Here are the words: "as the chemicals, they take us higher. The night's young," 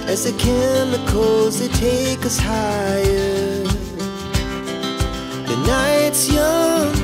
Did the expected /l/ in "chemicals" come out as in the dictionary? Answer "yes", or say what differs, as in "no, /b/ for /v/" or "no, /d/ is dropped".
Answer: no, /l/ is dropped